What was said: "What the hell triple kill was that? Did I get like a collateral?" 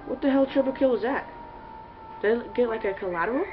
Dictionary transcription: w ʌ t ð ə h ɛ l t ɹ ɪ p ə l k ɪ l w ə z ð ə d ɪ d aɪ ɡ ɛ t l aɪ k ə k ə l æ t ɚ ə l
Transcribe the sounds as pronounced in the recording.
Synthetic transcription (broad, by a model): w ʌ t ð ə h ɛ l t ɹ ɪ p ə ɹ k ɪ l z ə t ð ə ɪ ɡ ɛ t l aɪ k ə k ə l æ t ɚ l